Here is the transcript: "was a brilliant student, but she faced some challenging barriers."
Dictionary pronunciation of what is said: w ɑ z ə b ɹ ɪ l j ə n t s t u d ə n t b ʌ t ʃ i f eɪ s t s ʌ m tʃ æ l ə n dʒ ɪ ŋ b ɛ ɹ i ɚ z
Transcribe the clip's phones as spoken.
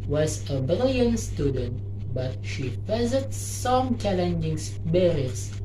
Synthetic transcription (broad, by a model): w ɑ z ə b ɪ l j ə n s t u d ə n t b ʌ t ʃ i p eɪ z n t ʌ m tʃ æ l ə n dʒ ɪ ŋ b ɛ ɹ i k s